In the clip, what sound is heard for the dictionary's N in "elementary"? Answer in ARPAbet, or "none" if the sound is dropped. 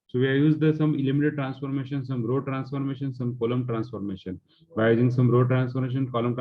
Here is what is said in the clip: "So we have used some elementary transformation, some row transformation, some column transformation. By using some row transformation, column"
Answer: none